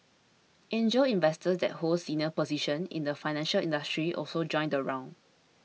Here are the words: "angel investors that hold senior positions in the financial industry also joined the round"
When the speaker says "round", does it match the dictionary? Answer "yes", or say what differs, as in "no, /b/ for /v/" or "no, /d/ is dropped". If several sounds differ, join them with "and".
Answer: no, /d/ is dropped